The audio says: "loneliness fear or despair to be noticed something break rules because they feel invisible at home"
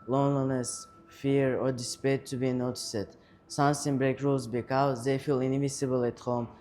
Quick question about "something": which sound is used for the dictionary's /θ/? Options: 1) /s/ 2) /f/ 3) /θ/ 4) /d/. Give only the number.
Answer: 1